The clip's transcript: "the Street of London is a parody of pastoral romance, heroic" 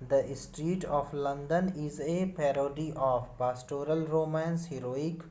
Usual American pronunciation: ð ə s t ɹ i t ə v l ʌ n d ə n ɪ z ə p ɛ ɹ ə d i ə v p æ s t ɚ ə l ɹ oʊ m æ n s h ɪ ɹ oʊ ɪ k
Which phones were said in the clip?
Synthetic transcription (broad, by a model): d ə s t ɹ i t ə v l ʌ n d ə n ɪ z ə p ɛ ɹ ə d i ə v p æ s t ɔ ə l ɹ oʊ m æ n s h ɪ ɹ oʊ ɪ k